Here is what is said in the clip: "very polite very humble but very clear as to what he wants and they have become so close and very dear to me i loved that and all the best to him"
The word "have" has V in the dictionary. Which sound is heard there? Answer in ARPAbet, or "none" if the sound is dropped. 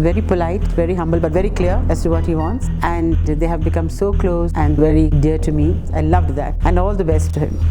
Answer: V